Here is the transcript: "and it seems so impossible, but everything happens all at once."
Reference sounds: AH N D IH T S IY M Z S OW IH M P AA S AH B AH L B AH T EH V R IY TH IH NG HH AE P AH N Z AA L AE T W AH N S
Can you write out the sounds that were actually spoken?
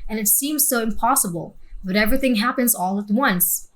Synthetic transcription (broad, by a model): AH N IH T S IY M Z S OW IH M P AA S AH B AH L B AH T EH V R IY TH IH NG HH AE P AH N Z AA L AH T W AH N S